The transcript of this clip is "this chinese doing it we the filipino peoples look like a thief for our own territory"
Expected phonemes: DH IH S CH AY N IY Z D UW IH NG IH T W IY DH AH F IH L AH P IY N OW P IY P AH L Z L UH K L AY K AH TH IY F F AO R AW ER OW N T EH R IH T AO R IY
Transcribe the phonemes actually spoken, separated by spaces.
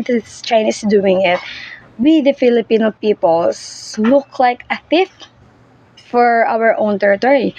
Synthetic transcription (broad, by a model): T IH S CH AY N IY S D UW IH NG IH T W IY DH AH F IH L AH P IY N OW P IY P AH L S L UH K L AY K AH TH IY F F AO R AW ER OW N T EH R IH T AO R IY